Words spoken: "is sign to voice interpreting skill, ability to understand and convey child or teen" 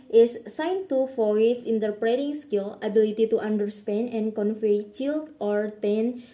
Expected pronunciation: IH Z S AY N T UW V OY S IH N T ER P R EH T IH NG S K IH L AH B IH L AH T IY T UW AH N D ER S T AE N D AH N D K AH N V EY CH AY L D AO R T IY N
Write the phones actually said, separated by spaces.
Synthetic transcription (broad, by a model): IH S AY N T UW F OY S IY N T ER P R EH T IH NG S K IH L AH B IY L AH T IY T UW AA N D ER S T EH N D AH N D K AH N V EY CH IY L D AO R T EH N